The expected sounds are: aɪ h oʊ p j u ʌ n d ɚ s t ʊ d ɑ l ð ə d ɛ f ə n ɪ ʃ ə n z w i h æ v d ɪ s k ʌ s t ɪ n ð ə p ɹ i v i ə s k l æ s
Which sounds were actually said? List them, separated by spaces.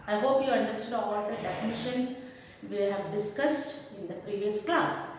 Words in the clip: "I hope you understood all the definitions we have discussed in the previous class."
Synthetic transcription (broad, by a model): aɪ h oʊ p j u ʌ n d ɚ s t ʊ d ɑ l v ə d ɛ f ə n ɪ ʃ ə n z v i h æ v d ɪ s k ʌ s t ɪ n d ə p ɹ i v i ə s k l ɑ s